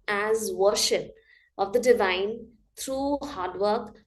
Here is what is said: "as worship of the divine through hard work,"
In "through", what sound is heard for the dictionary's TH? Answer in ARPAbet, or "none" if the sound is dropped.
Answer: T